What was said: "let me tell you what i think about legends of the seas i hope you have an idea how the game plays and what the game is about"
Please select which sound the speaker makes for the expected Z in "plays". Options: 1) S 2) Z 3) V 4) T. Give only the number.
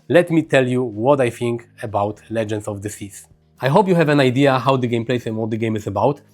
1